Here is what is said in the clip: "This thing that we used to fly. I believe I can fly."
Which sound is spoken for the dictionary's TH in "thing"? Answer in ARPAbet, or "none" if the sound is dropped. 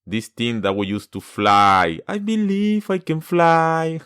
T